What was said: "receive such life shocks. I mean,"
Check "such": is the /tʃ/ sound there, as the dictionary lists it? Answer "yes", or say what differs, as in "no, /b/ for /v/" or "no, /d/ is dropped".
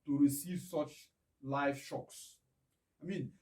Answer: yes